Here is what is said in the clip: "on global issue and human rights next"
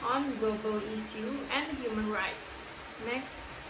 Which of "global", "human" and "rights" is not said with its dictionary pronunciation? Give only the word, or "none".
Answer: none